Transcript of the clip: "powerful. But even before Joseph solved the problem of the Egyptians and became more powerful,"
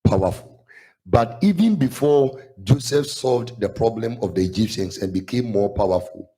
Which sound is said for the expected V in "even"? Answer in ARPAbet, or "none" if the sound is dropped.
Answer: V